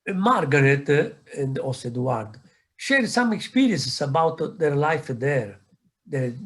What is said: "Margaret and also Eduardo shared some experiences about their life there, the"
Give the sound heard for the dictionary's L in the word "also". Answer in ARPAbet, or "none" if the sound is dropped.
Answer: none